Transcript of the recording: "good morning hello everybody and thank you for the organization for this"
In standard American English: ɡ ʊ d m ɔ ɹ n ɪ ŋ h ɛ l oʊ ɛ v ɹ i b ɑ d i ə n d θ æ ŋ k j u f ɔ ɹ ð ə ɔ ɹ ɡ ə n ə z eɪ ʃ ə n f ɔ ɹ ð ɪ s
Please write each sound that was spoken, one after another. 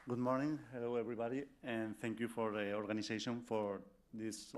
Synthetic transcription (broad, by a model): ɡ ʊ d m ɔ ɹ n ɪ ŋ h ɛ l oʊ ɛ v ɹ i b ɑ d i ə n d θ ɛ ŋ k j u f ɔ ɹ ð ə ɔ ɹ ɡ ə n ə s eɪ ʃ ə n f ɔ ɹ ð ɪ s